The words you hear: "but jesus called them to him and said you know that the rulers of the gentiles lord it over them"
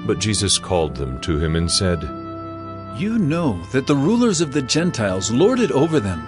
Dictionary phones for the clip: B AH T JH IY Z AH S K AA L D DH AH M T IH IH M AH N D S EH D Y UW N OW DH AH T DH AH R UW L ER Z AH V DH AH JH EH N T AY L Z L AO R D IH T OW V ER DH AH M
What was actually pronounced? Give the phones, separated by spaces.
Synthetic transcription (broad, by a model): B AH T JH IY Z AH S K AA L D DH AH M T IH IH M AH N S EH D Y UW N OW DH AH T DH AH R UW L ER Z AH V DH AH JH EH N T AY L Z L AO R D IH T OW V ER DH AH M